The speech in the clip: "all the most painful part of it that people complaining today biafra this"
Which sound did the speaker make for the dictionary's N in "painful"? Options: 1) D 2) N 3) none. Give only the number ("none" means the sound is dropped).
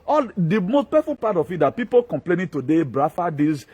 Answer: 3